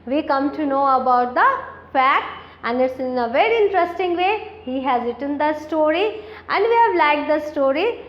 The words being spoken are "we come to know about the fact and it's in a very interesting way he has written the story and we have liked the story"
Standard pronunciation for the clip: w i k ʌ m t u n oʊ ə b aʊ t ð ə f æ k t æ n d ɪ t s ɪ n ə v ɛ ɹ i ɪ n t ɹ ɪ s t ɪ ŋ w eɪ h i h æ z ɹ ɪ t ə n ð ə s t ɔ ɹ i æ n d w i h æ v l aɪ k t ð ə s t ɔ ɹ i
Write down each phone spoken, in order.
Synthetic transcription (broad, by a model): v i k ʌ m t u n oʊ ə b aʊ t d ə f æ k t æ n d ɪ t s ɪ n ə v ɛ ɹ i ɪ n t ɹ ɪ s t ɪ ŋ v eɪ h i h æ z ɹ ɪ t ə n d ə s t ɔ ɹ i æ n d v i h æ v l aɪ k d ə s t ɔ ɹ i